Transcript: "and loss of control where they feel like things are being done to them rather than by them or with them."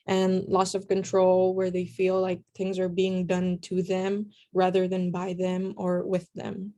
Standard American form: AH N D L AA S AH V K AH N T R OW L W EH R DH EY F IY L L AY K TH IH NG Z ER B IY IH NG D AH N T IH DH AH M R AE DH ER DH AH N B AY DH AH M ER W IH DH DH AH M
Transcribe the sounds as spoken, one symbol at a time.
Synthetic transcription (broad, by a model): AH N L AA S AH V K AH N T R OW L W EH R DH EY F IY L L AY K TH IH NG Z ER B IY IH NG D AH N T IH DH AH M R AE DH ER DH AH N B AY DH AH M ER W IH DH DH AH M